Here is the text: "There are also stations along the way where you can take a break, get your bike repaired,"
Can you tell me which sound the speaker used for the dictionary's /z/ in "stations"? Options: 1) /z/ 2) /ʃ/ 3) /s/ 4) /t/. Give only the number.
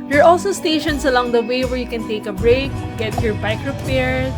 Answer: 3